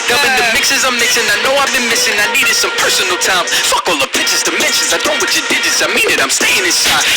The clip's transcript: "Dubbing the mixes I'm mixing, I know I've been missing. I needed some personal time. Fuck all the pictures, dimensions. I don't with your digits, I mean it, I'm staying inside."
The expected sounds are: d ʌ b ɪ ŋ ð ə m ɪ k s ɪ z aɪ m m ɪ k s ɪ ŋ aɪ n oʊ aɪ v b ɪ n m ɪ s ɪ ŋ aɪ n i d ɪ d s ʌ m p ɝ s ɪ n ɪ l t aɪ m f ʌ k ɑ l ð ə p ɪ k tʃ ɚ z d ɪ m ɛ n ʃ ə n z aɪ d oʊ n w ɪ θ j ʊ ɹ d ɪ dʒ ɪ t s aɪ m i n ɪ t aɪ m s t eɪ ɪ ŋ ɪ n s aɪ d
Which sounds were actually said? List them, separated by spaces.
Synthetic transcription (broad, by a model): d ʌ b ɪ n ð ə m ɪ k s ɪ z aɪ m m ɪ k s ɪ ŋ aɪ n oʊ aɪ v b ɪ n m ɪ s ɪ ŋ aɪ n i d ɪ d s ʌ m p ɝ s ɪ n l t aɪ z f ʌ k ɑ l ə p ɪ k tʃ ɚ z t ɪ m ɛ n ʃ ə n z aɪ d oʊ n w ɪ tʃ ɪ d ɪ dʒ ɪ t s aɪ m i n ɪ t aɪ m s t eɪ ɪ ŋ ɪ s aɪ